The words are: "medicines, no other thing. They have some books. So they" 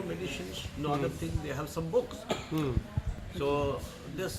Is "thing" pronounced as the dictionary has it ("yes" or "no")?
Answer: no